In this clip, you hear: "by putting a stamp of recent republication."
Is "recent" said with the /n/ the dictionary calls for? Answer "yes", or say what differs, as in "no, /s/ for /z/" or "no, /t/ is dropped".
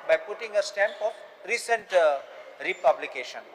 yes